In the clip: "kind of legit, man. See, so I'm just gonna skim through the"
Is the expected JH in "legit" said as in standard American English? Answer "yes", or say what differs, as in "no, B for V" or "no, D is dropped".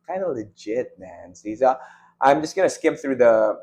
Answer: yes